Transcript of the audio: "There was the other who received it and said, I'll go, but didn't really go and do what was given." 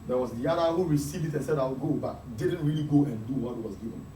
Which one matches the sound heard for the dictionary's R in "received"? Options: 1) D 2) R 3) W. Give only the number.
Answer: 2